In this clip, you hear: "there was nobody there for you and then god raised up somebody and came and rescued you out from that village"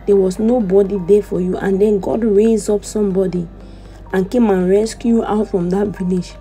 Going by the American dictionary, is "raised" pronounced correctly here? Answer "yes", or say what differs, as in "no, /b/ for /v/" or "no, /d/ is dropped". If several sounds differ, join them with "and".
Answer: no, /d/ is dropped